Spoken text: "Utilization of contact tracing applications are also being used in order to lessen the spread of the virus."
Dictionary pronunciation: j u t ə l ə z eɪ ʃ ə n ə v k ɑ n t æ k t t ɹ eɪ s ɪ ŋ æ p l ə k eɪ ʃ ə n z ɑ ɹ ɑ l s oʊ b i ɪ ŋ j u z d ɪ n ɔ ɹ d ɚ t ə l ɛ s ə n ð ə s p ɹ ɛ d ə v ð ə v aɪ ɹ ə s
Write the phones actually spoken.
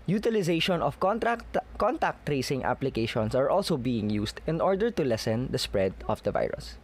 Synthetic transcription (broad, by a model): j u t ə l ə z eɪ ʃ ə n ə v k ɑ n t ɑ k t t ɹ eɪ s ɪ ŋ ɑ p l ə k eɪ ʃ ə n s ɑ ɹ ɑ l s oʊ b i ɪ ŋ j u s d ɪ n ɔ ɹ d ɚ t ə l ɛ s ə n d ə s p ɹ ɛ d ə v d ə v aɪ ɹ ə s